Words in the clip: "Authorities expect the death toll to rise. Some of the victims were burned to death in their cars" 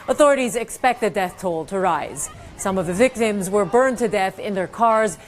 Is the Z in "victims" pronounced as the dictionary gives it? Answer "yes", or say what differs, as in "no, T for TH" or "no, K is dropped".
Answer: yes